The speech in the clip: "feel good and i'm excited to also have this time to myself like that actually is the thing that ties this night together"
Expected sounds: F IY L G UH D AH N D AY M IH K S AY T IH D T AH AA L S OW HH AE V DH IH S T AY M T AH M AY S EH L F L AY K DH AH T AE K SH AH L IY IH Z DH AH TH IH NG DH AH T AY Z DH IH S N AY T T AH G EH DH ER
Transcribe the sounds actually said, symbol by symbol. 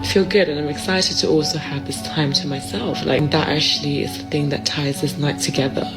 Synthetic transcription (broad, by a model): F IY L G UH D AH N AY M IH K S AY T IH D T AH AA L S OW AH V DH IH S T AY M T AH M AY S EH L F L AY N DH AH T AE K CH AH L IY IH Z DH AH TH IH NG DH AH T AY Z DH IH S N AY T T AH G EH DH ER